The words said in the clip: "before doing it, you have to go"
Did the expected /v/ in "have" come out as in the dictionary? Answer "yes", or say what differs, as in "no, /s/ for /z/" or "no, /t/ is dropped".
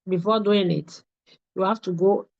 no, /f/ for /v/